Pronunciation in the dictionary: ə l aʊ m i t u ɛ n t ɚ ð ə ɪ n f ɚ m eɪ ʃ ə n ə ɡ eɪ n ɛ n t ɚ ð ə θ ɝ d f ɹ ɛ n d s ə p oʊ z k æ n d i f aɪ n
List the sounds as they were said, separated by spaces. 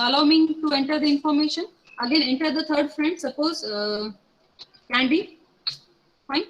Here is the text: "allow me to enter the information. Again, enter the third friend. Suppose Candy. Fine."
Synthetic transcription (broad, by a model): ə l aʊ m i t u ɛ n t ɚ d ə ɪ n f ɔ m eɪ ʃ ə n ə ɡ eɪ n ɛ n t ɚ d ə t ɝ d f ɹ ɛ n d s ə p oʊ z k æ n d i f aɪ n